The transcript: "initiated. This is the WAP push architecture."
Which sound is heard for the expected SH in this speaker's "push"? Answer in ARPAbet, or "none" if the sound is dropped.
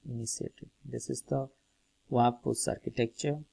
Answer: S